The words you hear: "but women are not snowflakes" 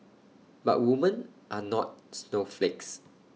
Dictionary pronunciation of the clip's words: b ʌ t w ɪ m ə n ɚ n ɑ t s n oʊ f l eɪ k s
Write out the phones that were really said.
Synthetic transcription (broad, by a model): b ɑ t w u m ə n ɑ n ɑ t s n oʊ f l eɪ k s